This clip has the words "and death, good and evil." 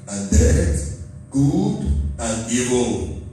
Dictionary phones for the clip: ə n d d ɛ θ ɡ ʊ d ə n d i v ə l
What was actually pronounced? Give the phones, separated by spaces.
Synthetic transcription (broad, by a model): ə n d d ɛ t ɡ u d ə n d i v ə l